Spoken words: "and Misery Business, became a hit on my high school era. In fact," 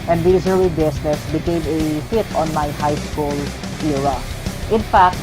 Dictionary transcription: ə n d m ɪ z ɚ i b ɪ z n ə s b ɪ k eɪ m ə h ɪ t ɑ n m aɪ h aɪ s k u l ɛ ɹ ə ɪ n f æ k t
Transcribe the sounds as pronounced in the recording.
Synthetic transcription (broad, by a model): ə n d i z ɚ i b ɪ s n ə s b ɪ k eɪ m ə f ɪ t ɑ n m aɪ h aɪ s k u l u ɹ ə ɪ n f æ k t